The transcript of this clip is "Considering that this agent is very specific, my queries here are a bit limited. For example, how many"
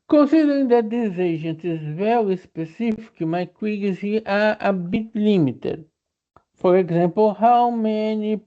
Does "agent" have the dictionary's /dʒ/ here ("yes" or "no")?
no